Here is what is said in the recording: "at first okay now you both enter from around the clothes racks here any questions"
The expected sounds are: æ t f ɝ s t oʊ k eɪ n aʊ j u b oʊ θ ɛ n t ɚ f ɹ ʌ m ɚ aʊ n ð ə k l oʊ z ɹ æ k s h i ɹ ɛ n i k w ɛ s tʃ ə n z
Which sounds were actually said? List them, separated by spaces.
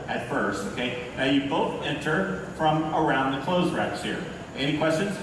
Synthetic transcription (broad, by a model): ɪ t f ɝ s t oʊ k eɪ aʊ j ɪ b oʊ θ ɛ n t ɚ f ɹ ʌ m ɚ aʊ n ð ə k l oʊ z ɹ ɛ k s h i ɹ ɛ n i k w ɛ s tʃ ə n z